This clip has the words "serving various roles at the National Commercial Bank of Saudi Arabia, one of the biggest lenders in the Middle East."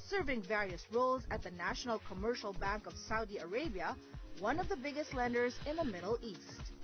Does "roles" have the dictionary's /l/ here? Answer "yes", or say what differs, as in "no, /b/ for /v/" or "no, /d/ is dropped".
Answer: yes